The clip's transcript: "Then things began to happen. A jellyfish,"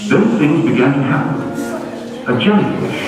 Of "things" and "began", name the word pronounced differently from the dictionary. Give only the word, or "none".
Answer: none